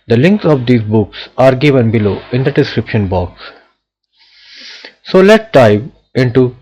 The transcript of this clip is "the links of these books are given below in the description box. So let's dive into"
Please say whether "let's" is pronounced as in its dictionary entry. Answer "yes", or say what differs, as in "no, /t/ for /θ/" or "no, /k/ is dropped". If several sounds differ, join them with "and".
no, /s/ is dropped